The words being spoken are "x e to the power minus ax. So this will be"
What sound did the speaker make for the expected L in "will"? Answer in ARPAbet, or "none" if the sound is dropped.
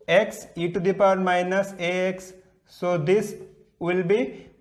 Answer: L